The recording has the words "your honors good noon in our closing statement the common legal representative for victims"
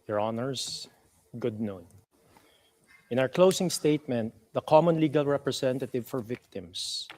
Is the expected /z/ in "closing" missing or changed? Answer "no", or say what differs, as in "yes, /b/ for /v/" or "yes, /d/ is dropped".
yes, /s/ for /z/